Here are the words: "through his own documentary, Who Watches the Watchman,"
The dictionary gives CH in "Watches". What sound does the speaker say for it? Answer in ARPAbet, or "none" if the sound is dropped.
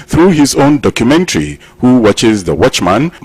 CH